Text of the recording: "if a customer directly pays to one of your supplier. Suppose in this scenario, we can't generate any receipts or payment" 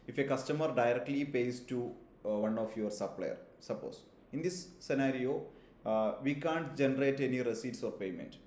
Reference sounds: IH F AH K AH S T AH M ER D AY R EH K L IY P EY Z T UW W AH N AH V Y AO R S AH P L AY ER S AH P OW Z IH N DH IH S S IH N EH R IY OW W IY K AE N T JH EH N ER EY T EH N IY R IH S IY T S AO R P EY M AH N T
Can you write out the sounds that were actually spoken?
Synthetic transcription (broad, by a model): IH F AH K AH S T AH M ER D AY R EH K L IY P EY S T UW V AH N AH F Y AO R S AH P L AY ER S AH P OW S IH N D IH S S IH N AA R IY OW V IY K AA N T JH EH N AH EY T EH N IY R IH S IY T S AO R P EY M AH N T